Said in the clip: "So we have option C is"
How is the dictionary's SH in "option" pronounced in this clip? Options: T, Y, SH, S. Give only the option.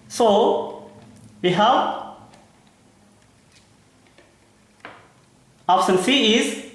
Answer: S